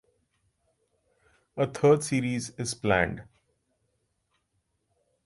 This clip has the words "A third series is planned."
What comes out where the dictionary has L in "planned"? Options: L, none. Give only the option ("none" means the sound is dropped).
L